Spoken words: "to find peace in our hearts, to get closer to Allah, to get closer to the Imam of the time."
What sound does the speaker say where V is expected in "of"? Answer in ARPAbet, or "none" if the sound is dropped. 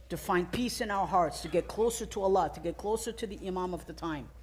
V